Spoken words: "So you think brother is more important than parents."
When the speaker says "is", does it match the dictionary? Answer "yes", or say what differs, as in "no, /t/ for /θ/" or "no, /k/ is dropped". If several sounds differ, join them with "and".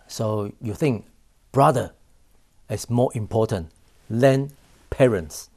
no, /s/ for /z/